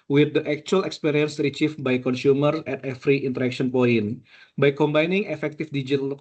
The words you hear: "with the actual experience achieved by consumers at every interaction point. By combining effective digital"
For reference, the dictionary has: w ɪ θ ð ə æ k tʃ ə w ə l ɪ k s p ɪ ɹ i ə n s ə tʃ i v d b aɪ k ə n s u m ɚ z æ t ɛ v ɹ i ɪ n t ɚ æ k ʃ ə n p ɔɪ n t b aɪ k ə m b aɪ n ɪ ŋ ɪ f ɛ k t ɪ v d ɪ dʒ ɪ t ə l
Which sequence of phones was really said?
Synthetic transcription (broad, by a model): w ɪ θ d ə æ k tʃ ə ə l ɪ k s p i ɹ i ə n s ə tʃ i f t b aɪ k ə n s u m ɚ s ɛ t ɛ f ɹ i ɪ n t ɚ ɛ k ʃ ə n p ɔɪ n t b aɪ k ə m b aɪ n ɪ ŋ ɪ f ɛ k t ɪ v d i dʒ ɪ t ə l